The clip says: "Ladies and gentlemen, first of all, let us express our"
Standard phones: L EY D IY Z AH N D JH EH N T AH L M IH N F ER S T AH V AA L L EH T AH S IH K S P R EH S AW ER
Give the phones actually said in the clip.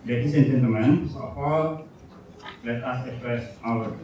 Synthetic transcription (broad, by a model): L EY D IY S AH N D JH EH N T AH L M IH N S AH F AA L L EH T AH S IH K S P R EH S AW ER